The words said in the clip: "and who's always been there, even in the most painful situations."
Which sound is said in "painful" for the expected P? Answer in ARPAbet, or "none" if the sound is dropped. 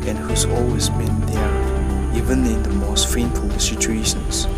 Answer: F